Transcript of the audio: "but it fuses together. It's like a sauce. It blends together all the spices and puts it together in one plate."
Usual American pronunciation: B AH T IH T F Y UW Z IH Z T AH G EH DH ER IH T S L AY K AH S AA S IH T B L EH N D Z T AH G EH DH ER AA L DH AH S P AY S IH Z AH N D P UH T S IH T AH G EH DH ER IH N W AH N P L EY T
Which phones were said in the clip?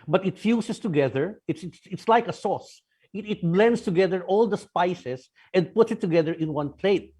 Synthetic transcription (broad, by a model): B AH T IH T F Y UW S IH S T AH G EH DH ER IH T S L AY K AH S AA S IH T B L EH N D S T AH G EH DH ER AA L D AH S P AY S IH S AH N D P UH T S IH T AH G EH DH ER IH N W AH N P L EY T